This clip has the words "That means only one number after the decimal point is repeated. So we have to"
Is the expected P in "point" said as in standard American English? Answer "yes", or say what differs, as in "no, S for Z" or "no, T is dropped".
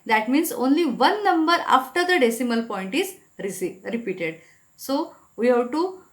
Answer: yes